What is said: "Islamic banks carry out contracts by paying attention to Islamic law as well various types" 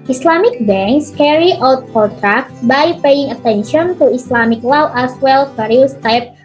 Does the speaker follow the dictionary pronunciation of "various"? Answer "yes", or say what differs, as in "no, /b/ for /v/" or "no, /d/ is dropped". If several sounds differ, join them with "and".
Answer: no, /f/ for /v/